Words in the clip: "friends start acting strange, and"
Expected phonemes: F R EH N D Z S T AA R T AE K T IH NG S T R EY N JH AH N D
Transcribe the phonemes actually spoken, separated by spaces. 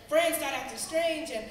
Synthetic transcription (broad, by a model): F R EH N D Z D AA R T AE T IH S T R EY N JH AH N